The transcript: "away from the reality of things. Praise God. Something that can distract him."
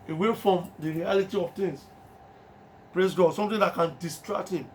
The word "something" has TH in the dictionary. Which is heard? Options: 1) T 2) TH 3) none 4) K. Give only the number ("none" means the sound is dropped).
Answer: 1